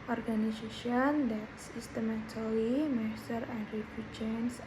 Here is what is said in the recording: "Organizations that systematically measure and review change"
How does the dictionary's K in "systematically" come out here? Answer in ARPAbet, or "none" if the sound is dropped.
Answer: none